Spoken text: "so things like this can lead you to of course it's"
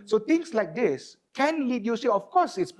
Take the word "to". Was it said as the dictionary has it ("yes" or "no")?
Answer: no